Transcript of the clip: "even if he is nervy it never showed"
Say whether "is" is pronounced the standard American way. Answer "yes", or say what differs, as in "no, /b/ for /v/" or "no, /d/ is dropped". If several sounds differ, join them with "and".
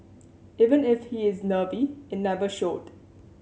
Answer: yes